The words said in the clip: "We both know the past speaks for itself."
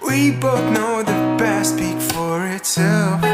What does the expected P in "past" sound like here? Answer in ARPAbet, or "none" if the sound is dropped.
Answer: B